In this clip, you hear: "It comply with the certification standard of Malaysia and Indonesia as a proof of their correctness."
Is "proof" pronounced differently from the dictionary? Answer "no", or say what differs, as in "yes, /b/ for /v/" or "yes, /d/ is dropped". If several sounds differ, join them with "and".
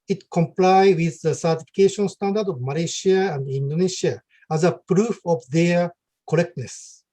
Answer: no